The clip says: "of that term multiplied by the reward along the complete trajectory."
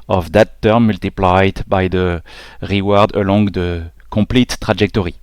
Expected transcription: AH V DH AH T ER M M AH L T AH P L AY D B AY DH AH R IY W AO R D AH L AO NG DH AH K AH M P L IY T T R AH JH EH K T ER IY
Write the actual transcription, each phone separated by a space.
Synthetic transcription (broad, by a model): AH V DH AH T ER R M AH L T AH P L AY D B AY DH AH R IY W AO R D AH L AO NG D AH K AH P L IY T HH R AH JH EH K T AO IY